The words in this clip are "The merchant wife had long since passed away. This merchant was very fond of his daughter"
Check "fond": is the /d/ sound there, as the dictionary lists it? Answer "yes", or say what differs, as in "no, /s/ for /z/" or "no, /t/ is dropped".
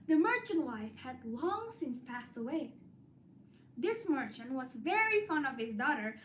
no, /d/ is dropped